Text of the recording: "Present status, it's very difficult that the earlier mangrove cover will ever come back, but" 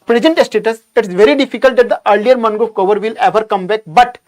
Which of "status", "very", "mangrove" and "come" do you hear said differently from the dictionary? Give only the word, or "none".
mangrove